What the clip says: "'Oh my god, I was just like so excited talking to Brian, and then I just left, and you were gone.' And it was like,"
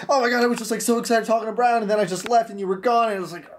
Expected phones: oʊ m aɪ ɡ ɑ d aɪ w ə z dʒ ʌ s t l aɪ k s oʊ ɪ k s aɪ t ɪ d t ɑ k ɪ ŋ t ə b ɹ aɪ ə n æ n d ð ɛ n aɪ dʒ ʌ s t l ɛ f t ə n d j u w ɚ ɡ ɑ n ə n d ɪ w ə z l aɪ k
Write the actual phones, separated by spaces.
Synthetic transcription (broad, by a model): oʊ m aɪ ɡ ɑ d aɪ w ə z dʒ ʌ s t l aɪ k s oʊ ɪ k s aɪ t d t ɑ k ɪ ŋ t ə b ɹ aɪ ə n n ð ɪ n aɪ dʒ ʌ s t l ɛ f t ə n j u w ɚ ɡ ɑ n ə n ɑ ɪ w ə z l aɪ k